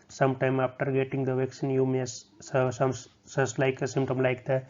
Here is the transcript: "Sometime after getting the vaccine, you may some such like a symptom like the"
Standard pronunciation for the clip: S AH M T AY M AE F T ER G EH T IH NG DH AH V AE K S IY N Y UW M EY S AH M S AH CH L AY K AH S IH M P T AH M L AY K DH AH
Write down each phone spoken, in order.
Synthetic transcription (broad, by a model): S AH M T AY M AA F T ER G EH T IH NG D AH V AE K S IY N Y UW M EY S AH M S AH S L AY K AH S IH M P T AH M L AY K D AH